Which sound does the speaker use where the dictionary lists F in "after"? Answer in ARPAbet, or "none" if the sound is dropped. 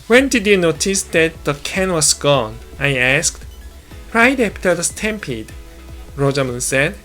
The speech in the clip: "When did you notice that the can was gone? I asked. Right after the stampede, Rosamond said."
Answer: P